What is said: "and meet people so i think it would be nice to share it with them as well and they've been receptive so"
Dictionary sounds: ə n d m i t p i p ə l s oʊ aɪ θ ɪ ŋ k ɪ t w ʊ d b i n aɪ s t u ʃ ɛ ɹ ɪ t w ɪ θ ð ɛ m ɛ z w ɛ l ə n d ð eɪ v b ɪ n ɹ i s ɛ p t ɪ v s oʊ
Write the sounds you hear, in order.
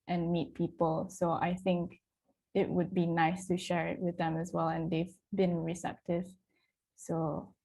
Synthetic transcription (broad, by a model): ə n m i t p i p ə l s oʊ aɪ θ ɪ ŋ k ɪ t w ʊ d b i n aɪ s t u ʃ ɛ ɹ ɪ t w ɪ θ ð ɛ m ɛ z w ɛ l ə n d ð eɪ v b ɪ n ɹ i s ɛ p t ɪ v s oʊ